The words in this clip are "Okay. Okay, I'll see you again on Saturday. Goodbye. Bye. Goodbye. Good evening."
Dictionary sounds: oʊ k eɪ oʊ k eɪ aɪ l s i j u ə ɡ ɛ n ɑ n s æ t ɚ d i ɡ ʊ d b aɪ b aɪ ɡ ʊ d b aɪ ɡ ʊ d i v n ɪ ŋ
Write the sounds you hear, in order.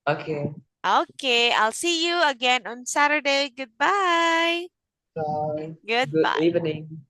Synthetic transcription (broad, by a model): oʊ k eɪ oʊ k eɪ aɪ l s i j u ə ɡ ɛ n ɑ n s æ t ɚ d i ɡ ʊ d b aɪ b aɪ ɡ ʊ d ʊ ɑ i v n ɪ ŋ